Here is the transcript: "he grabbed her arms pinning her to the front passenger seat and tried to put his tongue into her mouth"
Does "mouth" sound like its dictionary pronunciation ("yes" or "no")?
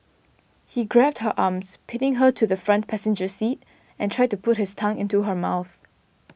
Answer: yes